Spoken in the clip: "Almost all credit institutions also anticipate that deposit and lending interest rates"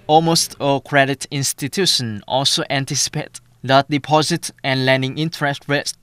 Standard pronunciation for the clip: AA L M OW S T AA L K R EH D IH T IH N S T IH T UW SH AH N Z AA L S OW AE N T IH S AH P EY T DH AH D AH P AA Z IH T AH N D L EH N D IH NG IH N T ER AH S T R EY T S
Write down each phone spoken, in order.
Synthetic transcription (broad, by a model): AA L M OW S T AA K R EH D IH T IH N S T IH T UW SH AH N AA L S OW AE N T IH S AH P EY T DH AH D AH P AA Z IH T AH N L EH N D IH NG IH N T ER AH S T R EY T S